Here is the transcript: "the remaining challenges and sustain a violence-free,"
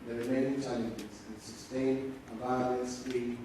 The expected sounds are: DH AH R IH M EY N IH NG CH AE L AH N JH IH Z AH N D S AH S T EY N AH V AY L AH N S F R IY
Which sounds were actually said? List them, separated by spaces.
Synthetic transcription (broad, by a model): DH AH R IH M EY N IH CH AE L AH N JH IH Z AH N S AH S T EY N AH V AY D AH S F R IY